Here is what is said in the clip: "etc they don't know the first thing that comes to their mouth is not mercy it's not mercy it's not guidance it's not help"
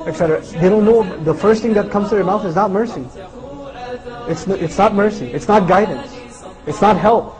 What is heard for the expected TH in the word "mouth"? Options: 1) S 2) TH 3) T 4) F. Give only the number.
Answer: 2